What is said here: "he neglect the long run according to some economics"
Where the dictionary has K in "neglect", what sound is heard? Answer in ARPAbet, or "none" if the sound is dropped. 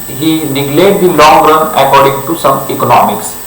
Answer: none